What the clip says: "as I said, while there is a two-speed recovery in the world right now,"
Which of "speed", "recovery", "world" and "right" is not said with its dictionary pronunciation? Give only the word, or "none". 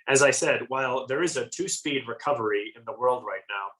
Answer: none